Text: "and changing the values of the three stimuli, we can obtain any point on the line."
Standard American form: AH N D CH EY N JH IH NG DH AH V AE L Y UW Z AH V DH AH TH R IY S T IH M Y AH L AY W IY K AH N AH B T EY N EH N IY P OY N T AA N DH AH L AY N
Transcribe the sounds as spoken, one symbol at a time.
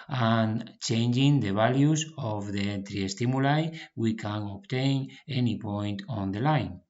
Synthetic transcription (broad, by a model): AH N CH EY N JH IH NG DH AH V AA L Y UW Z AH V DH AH T R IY S T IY M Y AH L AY W IY K AH N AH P T EY N EH N IY P OY N T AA N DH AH L AY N